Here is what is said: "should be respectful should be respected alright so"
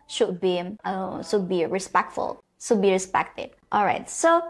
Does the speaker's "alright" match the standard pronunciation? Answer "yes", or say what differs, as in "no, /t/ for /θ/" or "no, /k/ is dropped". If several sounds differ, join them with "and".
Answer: yes